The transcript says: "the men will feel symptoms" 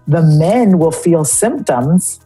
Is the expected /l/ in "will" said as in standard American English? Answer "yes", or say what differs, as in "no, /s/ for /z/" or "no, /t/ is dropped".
yes